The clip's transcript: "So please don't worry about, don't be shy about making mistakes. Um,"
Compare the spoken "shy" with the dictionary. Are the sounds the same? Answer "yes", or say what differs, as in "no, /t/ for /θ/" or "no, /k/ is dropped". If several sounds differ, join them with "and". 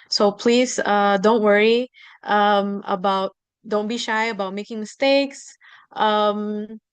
yes